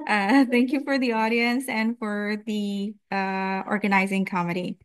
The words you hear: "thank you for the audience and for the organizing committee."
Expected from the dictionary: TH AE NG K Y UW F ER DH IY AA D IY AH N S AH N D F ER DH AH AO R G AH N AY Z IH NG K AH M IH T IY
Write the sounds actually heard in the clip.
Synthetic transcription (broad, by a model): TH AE NG K Y UW F ER DH IY AA D IY AH N S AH N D F ER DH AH AO R G AH N AY Z IH NG K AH M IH T IY